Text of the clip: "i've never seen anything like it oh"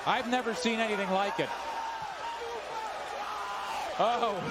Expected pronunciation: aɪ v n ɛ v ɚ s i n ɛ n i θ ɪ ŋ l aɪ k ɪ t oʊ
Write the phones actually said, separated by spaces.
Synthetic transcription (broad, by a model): aɪ v n ɛ v ɚ s i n ɛ n i θ ɪ ŋ l aɪ k ɪ t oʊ